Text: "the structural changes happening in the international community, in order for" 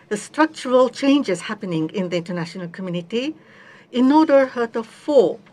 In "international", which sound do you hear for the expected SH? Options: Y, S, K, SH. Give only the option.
SH